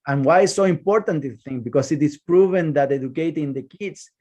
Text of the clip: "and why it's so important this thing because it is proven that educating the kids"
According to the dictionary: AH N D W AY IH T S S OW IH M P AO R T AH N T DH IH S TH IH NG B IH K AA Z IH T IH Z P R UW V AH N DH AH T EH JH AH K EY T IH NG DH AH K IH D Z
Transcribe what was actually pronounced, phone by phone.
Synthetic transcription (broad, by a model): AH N W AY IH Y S S OW IH M P AO R T AH N T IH TH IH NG B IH K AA S IH T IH S P R UW V AH N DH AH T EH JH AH K EY T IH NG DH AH K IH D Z